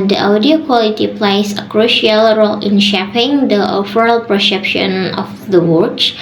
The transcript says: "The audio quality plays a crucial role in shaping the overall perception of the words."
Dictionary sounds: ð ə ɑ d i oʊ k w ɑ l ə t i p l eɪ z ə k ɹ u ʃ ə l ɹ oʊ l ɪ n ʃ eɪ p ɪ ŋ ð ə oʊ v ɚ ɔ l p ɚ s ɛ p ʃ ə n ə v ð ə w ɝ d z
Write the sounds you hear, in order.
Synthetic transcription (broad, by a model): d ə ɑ d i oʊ k w ɑ l ə t i p l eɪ s ə k ɹ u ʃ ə l ɹ oʊ l ɪ n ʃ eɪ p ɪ ŋ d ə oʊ f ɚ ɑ l p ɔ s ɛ p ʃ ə n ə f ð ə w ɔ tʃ